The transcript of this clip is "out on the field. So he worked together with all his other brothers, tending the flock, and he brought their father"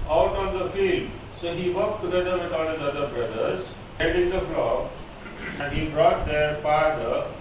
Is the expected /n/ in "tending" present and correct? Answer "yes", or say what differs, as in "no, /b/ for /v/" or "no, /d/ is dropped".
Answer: no, /l/ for /n/